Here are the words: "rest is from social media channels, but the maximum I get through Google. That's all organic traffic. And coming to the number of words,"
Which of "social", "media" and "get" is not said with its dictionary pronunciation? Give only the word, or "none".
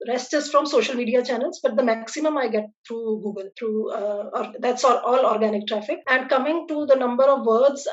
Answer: none